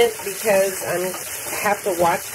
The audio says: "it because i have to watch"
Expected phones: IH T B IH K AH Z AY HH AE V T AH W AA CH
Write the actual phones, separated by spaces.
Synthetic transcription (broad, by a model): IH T B IH K AH Z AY HH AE F T AH W AA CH